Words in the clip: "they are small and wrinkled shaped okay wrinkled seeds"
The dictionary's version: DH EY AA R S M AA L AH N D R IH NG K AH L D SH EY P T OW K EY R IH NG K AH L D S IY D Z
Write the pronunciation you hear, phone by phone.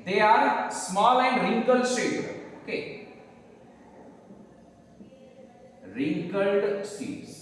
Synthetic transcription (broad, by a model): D EY AA R S M AA L AH N D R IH NG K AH L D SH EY T OW K EY R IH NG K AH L D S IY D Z